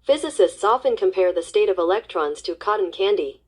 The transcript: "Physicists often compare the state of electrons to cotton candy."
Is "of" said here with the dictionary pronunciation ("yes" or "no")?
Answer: yes